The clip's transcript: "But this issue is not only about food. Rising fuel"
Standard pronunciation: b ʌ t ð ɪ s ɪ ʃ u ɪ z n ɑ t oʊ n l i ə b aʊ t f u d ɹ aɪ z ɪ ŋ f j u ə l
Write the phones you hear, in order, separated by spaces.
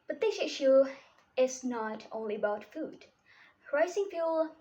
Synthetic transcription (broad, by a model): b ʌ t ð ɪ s ɪ ʃ u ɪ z n ɑ t oʊ n l i ə b aʊ t f u d ɹ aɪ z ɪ ŋ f j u l